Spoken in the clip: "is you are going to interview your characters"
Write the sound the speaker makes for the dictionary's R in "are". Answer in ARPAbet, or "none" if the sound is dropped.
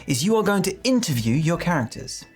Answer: L